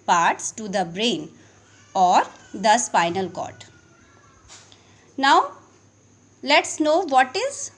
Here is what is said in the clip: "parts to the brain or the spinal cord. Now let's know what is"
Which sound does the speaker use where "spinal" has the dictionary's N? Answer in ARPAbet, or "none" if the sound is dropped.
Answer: N